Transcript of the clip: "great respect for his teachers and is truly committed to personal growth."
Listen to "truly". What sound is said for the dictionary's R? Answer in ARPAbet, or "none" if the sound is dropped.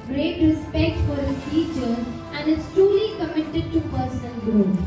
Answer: R